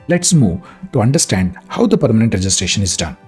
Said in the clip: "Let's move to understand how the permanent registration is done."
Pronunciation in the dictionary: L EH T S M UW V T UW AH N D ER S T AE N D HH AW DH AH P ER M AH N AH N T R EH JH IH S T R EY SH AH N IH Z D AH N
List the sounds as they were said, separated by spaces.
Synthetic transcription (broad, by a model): L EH T S M UW V T UW AH N D ER S T AE N D HH AW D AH P ER M AH N AH N T R EH JH IH S T R EY SH AH N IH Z D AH N